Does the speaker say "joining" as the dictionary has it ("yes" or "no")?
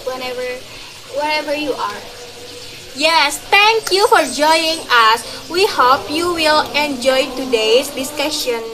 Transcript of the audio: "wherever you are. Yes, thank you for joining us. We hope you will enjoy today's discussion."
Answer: no